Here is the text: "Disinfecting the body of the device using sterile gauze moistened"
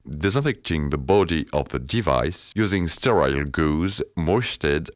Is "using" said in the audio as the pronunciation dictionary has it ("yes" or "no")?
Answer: yes